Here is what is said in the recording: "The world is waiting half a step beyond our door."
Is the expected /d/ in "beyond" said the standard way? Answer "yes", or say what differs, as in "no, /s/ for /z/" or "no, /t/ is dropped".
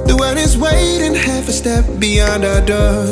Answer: yes